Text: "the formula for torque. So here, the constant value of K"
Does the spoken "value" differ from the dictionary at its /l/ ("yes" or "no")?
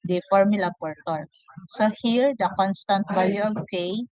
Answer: yes